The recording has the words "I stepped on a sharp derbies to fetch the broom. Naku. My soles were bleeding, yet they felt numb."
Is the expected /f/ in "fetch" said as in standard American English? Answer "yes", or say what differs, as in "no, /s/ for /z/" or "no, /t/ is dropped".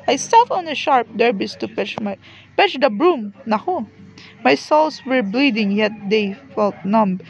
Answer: no, /p/ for /f/